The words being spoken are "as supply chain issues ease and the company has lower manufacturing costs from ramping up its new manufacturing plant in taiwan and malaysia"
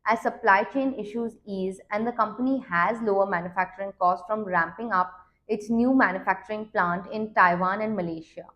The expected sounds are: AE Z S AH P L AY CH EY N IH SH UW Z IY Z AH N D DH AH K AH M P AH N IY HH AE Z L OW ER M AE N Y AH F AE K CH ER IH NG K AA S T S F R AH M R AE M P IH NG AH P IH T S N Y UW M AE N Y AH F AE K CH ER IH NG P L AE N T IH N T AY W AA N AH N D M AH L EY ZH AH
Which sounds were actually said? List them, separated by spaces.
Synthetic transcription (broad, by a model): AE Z S AH P L AY CH EY N IH SH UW Z IY Z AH N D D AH K AH M P AH N IY HH AE Z L OW ER M AE N Y AH F AE K CH ER IH NG K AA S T F R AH M R AE M P IH NG AH P IH T S N Y UW M AE N Y AH F AE K CH ER IH NG P L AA N T IH N T AY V AA N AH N D M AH L EY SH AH